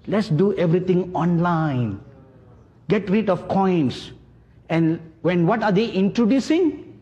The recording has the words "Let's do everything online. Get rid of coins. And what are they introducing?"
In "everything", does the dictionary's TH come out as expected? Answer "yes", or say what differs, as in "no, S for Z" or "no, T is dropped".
no, T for TH